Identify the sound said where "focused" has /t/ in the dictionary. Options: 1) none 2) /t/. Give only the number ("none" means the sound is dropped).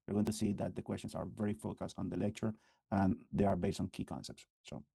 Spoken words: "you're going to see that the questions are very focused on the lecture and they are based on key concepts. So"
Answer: 2